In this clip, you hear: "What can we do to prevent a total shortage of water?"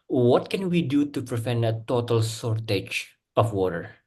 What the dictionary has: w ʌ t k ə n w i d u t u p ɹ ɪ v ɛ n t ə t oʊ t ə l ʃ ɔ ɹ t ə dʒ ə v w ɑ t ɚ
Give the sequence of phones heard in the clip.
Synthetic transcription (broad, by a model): w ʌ t k ə n w i d u t u p ɹ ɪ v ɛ n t ə t oʊ t ə l s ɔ ɹ t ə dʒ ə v w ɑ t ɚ